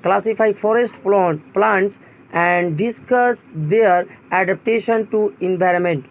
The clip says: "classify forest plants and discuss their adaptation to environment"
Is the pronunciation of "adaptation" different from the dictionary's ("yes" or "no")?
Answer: no